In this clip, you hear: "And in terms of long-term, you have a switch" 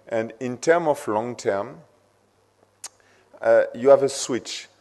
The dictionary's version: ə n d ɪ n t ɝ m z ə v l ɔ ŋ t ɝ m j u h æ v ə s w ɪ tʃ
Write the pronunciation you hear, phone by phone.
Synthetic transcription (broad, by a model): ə n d ɪ n t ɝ m ə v l ɔ ŋ t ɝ m j u h æ v ə s w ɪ tʃ